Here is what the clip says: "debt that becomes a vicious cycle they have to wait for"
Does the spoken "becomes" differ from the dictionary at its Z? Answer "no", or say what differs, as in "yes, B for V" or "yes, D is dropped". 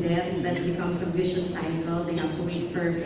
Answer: yes, S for Z